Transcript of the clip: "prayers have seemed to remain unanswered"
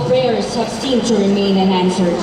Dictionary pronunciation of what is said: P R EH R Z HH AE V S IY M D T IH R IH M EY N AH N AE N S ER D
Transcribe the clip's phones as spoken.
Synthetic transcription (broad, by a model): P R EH R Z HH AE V S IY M T IH R IH M EY N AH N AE N S ER